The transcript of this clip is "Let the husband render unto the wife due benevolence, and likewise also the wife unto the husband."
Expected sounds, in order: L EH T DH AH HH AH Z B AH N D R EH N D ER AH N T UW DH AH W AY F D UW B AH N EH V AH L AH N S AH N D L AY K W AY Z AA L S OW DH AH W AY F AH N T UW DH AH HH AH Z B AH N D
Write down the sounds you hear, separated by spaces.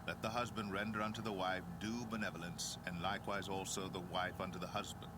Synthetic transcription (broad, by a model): L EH T DH AH HH AH Z B AH N D R EH N D ER AH N T UW DH AH W AY F D UW B AH N EH V AH L AH N S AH N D L AY K W AY Z AA L S OW DH AH W AY F AH N T UW DH AH HH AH Z B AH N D